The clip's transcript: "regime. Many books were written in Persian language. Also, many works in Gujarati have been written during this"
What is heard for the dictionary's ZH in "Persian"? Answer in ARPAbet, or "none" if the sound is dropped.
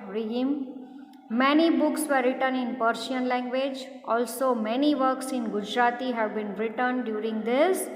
SH